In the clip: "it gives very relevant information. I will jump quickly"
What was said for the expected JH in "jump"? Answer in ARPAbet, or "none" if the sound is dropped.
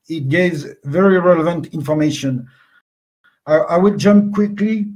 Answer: JH